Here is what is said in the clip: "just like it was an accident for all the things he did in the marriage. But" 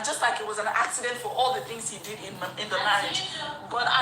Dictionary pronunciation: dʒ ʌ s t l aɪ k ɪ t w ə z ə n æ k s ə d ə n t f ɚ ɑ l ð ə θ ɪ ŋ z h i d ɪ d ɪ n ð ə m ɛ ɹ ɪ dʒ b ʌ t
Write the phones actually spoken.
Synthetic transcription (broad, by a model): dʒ ʌ s t l aɪ k ɪ t w ə z ə n æ k s ə d ə n t f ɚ ɑ l ð ə θ ɪ ŋ z h i d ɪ d ɪ n ð ə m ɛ ɪ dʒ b ʌ t